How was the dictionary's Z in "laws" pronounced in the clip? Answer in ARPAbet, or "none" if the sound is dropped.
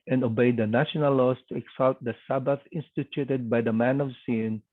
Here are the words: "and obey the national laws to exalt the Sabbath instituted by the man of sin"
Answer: S